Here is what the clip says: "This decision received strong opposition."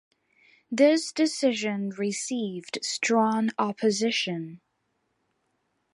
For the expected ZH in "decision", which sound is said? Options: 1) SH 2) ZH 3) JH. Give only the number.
2